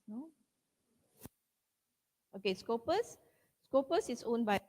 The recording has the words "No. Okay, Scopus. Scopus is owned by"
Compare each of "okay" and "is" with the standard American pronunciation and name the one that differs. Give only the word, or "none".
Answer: is